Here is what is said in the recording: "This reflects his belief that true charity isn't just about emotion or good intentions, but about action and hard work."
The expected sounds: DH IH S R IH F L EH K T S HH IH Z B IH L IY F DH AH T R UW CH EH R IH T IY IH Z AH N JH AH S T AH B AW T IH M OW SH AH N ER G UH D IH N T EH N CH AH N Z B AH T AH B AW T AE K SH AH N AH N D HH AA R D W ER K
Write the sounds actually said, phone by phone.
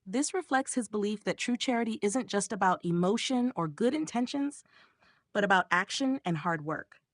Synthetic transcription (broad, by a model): DH IH S R IH F L EH K T S HH IH Z B IH L IY F DH AH T R UW CH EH R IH T IY IH Z AH N JH AH S T AH B AW T IH M OW SH AH N ER G UH D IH N T EH N SH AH N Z B AH T AH B AW T AE K SH AH N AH N HH AA R D W ER K